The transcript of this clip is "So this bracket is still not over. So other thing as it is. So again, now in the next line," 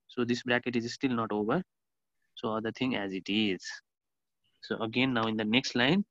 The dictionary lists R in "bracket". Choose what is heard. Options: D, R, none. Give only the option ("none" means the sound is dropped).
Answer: R